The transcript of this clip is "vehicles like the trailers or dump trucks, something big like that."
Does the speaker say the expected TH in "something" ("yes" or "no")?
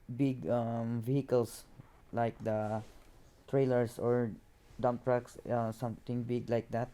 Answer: no